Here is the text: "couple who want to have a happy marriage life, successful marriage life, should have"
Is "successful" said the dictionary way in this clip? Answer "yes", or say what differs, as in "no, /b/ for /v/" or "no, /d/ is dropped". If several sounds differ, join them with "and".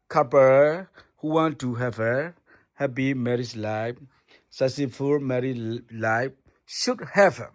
no, /k/ is dropped and /s/ is dropped